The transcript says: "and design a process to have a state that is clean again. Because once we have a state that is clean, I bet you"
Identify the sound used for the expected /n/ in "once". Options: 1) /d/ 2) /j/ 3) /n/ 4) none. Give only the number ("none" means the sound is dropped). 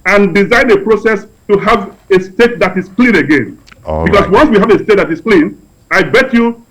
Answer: 3